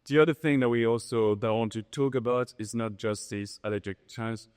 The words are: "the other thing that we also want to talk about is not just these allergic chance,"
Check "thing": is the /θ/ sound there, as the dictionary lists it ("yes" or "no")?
yes